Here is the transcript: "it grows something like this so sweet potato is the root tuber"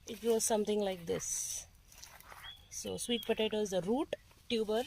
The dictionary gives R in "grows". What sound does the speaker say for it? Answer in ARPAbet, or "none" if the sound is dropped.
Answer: none